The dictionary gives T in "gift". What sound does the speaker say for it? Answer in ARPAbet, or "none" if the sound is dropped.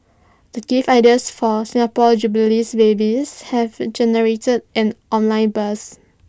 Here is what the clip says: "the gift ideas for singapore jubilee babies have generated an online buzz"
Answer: none